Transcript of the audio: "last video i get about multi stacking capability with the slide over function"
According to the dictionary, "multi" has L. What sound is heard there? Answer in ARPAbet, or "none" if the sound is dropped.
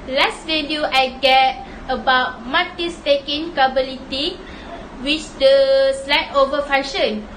none